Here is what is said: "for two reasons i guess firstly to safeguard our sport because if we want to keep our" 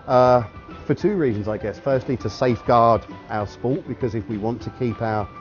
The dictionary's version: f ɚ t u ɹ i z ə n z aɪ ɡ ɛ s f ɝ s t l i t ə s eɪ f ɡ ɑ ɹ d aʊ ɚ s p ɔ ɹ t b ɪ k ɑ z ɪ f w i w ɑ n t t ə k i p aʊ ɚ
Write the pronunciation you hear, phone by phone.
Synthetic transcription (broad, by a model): f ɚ t u ɹ i z ə n z aɪ ɡ ɛ s f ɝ s t l i t ə s eɪ f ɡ ɑ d aʊ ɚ s p ɔ t b ɪ k ɑ z ɪ f w i w ɑ n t t ə k i p aʊ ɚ